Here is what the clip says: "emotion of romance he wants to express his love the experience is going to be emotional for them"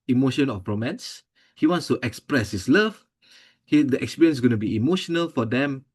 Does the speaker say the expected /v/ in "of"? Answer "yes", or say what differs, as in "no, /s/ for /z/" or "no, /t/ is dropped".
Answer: no, /p/ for /v/